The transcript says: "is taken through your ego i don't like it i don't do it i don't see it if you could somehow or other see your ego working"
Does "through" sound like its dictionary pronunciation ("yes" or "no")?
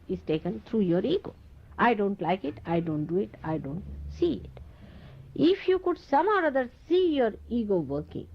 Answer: no